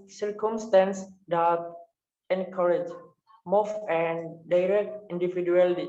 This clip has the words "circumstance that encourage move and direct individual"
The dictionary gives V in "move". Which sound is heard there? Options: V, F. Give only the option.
F